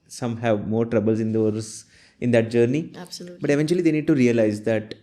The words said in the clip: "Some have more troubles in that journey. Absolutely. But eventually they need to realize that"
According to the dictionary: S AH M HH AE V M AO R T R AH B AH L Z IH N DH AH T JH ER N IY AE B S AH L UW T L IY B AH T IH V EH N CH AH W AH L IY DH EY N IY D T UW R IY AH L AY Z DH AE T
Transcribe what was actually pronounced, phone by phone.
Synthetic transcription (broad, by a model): S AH M HH AE V M AO R T R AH B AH L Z IH N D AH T Z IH N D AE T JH AH T N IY B AH T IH V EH N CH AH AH L IY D EY N IY D T UW R IY AH L AY Z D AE T